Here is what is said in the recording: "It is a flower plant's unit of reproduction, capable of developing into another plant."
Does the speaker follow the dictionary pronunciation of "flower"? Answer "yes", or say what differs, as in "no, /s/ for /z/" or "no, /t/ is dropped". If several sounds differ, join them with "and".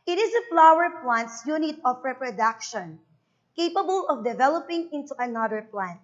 yes